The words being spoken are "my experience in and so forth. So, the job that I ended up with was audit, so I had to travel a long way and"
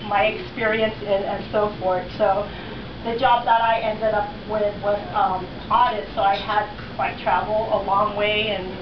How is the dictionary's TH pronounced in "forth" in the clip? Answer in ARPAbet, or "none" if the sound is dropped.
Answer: TH